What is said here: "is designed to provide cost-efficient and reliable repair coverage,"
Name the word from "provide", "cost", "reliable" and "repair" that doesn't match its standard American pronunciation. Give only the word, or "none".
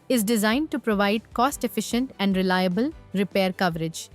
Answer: none